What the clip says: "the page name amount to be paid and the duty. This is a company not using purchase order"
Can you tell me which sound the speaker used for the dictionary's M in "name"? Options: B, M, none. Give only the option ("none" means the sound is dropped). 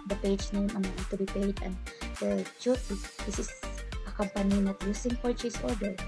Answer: none